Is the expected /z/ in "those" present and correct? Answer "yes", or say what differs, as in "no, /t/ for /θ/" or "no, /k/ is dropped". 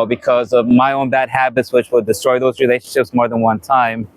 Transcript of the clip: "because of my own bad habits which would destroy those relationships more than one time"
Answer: yes